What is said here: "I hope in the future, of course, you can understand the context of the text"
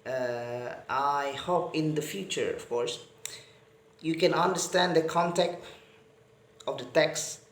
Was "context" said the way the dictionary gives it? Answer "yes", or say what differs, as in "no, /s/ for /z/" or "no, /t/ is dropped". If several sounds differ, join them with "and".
no, /s/ is dropped